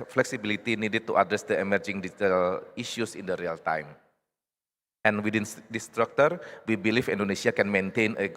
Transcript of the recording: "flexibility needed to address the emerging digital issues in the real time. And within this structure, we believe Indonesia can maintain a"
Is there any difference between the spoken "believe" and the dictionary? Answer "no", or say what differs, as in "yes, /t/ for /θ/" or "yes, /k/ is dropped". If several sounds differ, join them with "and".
yes, /f/ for /v/